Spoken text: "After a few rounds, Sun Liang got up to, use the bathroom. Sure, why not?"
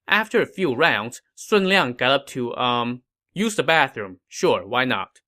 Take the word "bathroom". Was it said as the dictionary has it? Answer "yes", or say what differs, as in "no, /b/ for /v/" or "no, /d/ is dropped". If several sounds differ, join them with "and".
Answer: yes